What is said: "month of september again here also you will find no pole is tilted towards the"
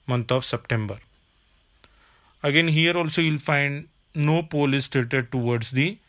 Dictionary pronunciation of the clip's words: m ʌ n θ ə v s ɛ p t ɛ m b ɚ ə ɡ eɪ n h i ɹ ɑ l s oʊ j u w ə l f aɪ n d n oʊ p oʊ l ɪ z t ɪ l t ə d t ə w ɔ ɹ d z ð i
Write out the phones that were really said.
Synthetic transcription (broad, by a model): m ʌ n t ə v s ɛ p t ɛ m b ɚ ə ɡ eɪ n h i ɹ ɑ l s oʊ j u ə l f aɪ n d n oʊ p oʊ l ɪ s t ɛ t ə d t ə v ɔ ɹ d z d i